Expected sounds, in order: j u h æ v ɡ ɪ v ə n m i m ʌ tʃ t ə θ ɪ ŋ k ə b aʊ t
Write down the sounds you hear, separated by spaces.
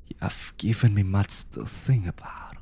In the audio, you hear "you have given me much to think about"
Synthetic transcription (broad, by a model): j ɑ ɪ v ɡ ɪ v ə n m i m ʌ tʃ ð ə θ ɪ ŋ ə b aʊ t